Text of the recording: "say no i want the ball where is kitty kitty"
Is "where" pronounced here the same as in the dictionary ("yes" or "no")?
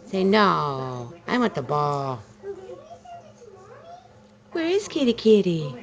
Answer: yes